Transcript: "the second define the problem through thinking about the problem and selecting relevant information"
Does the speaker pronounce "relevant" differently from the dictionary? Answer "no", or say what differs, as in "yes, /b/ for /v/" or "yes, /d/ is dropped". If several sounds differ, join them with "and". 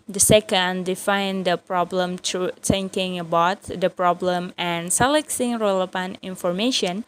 yes, /p/ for /v/